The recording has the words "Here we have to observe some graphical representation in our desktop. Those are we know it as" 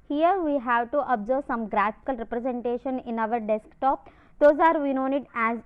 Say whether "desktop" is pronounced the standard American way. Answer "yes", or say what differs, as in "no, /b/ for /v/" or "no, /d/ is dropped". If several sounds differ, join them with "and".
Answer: yes